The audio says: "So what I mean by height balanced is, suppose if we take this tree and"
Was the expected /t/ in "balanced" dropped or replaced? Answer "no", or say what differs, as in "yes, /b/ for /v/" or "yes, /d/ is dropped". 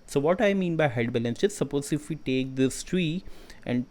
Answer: yes, /t/ is dropped